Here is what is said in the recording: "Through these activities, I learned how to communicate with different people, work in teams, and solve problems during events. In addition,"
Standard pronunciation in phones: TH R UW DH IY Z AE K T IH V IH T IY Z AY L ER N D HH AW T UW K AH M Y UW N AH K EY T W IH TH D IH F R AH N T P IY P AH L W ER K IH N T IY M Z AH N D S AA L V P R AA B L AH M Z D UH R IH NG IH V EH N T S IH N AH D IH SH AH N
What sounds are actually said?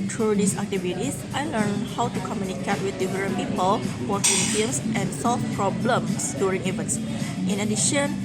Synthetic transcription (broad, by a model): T R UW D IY S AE K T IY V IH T IY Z AY L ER N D HH AW T UW K AH M Y UW N AH K EY T W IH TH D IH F R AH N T P IY P AH L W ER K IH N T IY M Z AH N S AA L F P R AA B L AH M S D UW R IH NG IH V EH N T S IH N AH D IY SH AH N